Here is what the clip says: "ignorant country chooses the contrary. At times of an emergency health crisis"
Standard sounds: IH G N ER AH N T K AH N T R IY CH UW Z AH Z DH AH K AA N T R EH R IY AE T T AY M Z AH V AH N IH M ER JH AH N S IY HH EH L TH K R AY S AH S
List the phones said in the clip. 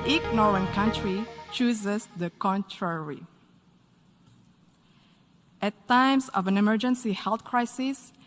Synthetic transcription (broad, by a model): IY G N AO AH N K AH N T R IY CH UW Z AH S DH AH K AA N T R EH R IY T T AY M S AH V AH N IH M ER JH AH N S IY HH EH L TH K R AY S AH S